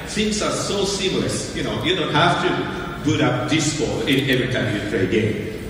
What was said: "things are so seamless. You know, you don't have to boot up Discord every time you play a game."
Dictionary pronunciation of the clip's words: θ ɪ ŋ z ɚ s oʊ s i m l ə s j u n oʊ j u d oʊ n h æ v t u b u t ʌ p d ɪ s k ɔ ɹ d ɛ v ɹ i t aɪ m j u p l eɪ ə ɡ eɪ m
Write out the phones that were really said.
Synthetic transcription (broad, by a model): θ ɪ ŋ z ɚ s oʊ s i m l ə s j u n oʊ j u d oʊ n h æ f t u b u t ʌ p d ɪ s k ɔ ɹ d ɛ v ɹ i t aɪ m j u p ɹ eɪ ə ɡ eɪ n